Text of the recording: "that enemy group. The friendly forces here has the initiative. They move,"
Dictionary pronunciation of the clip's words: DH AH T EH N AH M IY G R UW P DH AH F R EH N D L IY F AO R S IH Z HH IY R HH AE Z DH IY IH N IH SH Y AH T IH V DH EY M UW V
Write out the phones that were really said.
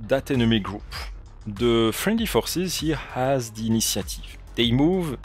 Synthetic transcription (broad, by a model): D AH T EH N AH M IY G R UW P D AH F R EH N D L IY F AO R S IH Z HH IY HH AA Z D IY N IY S Y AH T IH V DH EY M UW V